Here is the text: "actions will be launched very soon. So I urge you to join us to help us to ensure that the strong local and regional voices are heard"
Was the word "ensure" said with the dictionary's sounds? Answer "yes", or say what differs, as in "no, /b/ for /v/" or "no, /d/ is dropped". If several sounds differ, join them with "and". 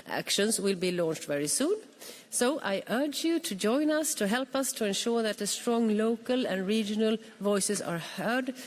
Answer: yes